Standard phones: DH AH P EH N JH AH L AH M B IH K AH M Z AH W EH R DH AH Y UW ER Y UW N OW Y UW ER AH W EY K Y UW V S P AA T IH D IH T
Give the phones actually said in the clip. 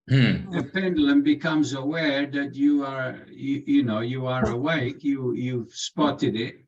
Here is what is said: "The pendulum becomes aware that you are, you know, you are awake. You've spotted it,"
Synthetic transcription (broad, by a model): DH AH P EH N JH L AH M B IH K AH M Z AH W EH R DH AH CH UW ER Y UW N OW Y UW ER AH W EY K Y UW V S P AA T IH D IH T